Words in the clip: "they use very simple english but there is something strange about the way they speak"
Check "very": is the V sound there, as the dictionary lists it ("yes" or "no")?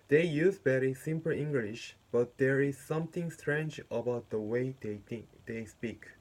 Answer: no